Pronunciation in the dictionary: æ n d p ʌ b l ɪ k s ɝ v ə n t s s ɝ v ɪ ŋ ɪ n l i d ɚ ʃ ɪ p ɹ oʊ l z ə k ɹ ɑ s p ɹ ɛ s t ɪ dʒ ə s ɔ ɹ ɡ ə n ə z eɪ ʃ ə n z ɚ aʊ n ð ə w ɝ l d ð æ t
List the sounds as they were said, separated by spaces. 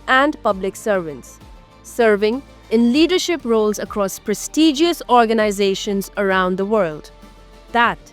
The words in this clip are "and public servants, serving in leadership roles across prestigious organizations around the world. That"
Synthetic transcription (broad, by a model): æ n d p ʌ b l ɪ k s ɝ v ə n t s s ɝ v ɪ ŋ ɪ n l i d ɚ ʃ ɪ p ɹ oʊ l z ə k ɹ ɑ s p ɹ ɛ s t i dʒ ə s ɔ ɹ ɡ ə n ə z eɪ ʃ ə n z ɚ aʊ n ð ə w ɝ l d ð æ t